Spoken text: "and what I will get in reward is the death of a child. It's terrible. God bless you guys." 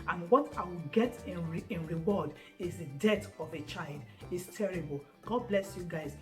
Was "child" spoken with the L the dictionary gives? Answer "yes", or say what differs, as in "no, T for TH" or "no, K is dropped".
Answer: yes